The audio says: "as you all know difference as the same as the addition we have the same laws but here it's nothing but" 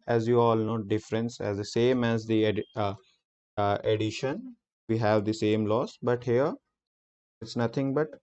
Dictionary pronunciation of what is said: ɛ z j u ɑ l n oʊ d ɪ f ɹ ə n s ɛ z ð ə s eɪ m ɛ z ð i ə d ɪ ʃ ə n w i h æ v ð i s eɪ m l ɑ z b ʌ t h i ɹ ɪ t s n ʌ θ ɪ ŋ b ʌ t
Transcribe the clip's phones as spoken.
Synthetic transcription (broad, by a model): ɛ z j u ɑ l n oʊ d ɪ f ɹ ə n s ɛ z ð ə s eɪ m ɛ z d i ə d ɪ ʃ ə n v i h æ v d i s eɪ m l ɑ s b ʌ t h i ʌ ɪ t s n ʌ t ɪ ŋ b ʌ t